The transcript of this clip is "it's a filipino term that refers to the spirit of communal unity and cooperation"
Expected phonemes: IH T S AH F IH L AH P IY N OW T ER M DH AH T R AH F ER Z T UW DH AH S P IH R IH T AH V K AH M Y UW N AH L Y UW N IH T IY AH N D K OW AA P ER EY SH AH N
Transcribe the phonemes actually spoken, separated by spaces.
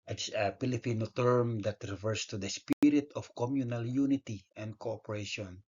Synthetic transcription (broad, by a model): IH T S AH P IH L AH P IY N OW T ER M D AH T R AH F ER S T UW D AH S P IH R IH T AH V K AH M Y UW N AH L Y UW N IH T IY AH N D K OW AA P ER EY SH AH N